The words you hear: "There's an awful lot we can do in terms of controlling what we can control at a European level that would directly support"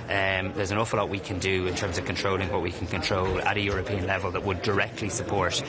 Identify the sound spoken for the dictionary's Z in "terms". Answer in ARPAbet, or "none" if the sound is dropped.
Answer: Z